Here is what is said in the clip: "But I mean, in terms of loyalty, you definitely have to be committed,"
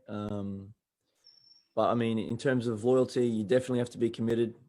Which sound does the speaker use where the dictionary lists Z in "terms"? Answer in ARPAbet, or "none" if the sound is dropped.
Z